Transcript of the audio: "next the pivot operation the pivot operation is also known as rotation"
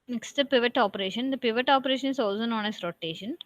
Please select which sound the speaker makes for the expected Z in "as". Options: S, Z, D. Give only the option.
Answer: S